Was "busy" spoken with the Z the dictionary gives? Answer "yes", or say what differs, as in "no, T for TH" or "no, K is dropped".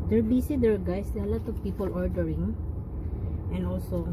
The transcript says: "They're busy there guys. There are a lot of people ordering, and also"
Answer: no, S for Z